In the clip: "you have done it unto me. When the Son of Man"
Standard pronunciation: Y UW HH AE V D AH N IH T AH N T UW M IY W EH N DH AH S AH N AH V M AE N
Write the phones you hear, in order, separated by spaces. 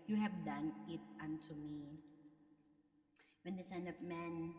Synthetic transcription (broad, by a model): Y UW HH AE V D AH N IH T AH N T UW M IY W EH N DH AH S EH N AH P M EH N